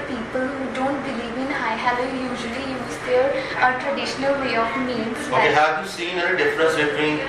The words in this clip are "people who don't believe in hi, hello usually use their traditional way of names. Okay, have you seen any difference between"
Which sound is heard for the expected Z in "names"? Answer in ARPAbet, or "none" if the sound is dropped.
none